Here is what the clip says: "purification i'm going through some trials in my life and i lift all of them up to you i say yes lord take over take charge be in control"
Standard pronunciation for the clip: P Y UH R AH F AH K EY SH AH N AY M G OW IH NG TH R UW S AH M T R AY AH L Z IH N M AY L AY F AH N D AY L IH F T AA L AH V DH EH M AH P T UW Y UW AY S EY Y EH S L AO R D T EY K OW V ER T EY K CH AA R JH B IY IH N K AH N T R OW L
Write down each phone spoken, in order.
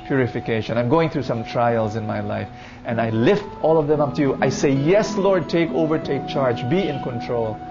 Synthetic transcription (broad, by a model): P Y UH R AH F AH K EY SH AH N AY M G OW IH NG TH R UW S AH M T R AY AH L Z IH N M AY L AY F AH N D AY L IH F T AA L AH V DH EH M AH P T UW Y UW AY S EY Y EH S L AO R D T EY K OW V ER T EY K CH AA R JH B IY IH N K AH N T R OW L